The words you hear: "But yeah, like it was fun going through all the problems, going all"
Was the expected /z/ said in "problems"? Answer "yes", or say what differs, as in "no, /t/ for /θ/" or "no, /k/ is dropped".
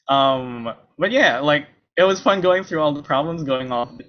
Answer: yes